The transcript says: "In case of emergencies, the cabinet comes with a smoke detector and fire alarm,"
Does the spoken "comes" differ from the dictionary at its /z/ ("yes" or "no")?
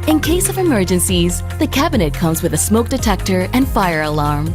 no